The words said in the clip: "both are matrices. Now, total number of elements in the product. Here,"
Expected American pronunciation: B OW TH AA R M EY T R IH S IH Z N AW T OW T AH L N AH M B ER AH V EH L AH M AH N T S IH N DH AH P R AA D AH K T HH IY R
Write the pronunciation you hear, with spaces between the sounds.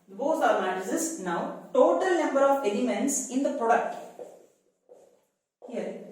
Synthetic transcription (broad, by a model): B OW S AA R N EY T IH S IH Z N AW T OW T AH L N AH M B ER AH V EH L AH M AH N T S IH N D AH P R AA D AH K T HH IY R